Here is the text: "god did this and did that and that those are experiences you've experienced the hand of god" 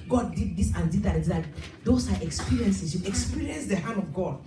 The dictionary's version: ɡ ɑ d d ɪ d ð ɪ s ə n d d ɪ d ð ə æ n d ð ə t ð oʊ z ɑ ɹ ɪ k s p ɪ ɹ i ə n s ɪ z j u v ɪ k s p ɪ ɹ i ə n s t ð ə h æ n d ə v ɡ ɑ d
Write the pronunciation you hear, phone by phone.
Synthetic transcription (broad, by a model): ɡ ɑ d d ɪ d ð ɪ s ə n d d ɪ d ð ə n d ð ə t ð oʊ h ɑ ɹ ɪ k s p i ɹ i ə n s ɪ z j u ɪ k s p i ɹ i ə n s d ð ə h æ n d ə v ɡ ɑ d